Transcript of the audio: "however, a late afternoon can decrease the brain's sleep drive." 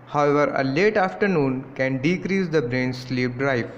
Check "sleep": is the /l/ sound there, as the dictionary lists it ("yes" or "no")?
yes